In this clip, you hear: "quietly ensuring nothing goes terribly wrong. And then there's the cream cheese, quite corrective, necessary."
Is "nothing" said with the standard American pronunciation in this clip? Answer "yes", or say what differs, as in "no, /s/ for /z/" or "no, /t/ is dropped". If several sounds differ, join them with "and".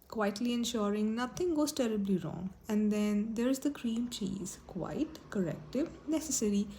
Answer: no, /t/ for /θ/